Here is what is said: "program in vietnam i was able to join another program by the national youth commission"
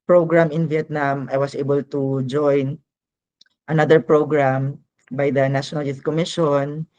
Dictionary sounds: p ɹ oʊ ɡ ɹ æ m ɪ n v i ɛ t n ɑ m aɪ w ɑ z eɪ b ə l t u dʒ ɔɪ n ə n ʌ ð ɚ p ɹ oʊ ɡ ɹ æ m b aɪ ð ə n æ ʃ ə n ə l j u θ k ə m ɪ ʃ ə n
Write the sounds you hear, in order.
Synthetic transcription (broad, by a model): p ɹ oʊ ɡ ɹ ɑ m ɪ n v i ɛ t n ɑ m aɪ w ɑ s eɪ b ə l t u dʒ ɔɪ n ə n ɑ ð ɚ p ɹ oʊ ɡ ɹ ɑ m b aɪ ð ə n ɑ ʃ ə n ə l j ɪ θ k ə m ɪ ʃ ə n